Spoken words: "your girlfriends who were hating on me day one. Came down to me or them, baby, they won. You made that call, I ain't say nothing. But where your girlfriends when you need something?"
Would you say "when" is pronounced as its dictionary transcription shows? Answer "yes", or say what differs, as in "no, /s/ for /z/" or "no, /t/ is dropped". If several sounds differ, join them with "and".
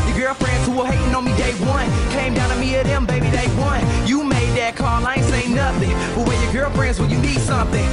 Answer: no, /l/ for /n/